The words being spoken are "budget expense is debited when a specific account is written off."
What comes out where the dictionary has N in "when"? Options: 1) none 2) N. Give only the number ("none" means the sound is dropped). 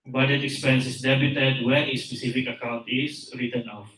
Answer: 1